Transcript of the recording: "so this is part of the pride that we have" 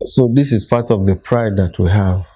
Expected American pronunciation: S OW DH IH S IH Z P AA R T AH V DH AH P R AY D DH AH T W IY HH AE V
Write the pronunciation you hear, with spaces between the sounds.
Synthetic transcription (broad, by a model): S OW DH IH S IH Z P AA T AH V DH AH P R AY D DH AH T W IY HH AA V